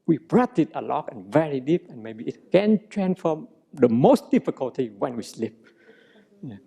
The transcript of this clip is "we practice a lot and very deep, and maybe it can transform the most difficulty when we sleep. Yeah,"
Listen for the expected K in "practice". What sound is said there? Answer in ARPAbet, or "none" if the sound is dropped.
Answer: none